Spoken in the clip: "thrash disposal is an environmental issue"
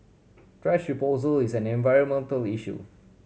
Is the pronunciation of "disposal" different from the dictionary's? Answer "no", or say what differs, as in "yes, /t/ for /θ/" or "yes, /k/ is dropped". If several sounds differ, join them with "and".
yes, /s/ is dropped